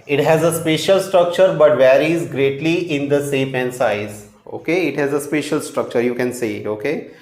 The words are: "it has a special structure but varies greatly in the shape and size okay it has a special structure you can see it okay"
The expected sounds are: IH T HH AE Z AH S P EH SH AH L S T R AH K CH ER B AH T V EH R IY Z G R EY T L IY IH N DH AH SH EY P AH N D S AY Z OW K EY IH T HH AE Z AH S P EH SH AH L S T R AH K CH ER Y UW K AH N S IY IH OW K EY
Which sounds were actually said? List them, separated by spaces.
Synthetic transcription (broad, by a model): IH T HH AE Z AH S P EH SH AH L S T R AH K CH ER B AH T V EH R IY Z G R EY T L IY IH N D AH S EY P AH N D S AY Z OW K EY IH T HH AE Z AH S P EH SH AH L S T R AH K CH ER Y UW K AH N S IY OW K EY